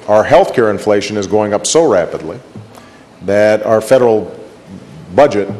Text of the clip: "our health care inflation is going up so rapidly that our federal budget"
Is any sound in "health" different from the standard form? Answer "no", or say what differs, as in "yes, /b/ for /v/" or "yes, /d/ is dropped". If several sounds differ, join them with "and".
no